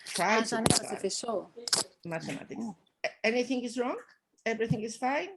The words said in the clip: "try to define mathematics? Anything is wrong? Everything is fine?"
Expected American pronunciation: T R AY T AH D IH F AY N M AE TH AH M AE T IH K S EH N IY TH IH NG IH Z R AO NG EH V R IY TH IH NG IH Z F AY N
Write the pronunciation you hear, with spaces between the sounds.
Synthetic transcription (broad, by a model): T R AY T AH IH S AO M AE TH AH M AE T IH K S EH N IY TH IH NG IH Z R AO NG EH V R IY TH IH NG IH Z F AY N